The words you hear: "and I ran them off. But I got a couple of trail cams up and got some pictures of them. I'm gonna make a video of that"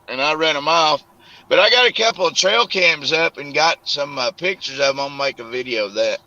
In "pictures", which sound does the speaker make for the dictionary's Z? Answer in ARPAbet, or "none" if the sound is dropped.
Z